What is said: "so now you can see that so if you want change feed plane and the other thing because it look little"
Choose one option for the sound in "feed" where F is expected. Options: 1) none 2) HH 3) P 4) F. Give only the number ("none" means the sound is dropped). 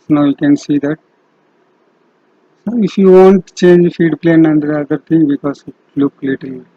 4